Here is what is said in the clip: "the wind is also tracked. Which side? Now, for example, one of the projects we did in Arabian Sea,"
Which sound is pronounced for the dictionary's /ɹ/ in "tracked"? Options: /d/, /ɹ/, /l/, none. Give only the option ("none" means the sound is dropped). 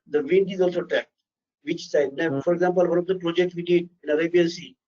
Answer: none